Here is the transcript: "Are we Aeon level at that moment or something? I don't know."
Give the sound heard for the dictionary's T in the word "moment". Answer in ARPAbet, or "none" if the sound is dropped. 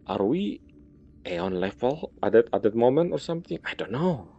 T